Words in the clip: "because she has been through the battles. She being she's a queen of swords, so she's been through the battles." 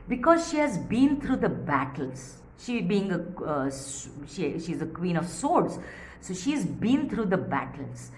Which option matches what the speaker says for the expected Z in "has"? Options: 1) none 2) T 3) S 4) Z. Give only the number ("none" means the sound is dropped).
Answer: 4